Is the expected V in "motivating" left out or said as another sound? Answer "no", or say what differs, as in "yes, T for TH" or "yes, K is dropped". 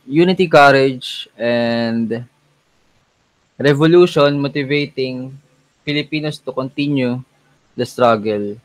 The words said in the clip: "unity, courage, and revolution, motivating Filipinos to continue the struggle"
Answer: no